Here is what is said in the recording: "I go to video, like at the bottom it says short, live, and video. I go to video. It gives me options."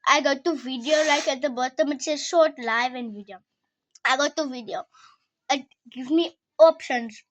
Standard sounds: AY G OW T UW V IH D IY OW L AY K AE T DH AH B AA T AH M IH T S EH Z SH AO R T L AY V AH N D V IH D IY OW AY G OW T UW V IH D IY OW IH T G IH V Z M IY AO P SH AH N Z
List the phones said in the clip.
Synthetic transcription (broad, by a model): AY G OW T UW V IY D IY OW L AY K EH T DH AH B AA T AH M IH T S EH SH AO T L AY V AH N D V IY D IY OW AY G OW T UW V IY D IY OW IH T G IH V M IY AO P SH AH N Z